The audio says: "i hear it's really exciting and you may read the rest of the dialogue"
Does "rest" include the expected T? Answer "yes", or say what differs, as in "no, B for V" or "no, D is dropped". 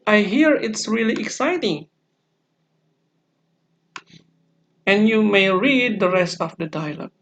yes